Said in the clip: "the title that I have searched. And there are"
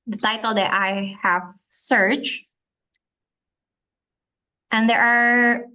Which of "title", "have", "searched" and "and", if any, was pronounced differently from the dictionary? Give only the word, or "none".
none